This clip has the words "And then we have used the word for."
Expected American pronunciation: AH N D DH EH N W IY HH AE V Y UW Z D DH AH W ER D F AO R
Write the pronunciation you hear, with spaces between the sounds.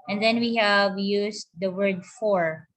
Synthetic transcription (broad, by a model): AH N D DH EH N W IY HH AE V Y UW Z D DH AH W ER D F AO R